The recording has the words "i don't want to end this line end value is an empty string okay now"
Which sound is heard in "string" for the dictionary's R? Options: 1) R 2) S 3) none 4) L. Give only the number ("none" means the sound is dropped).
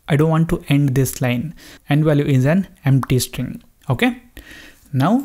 1